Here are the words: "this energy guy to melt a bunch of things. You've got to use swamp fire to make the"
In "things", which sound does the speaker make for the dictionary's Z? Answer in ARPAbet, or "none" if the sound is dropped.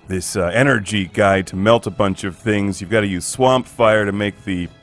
Z